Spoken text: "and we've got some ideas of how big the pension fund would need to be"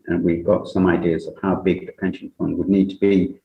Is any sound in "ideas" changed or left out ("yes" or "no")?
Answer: no